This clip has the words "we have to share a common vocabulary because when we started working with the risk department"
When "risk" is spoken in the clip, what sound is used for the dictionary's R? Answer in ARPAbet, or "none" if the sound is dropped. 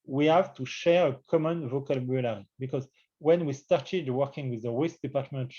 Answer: W